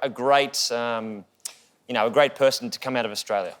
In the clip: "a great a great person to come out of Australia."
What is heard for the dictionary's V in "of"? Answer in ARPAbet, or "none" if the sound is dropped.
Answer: V